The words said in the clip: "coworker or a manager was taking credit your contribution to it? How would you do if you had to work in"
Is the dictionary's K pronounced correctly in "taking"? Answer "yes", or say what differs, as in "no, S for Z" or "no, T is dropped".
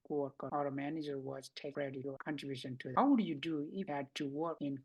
no, K is dropped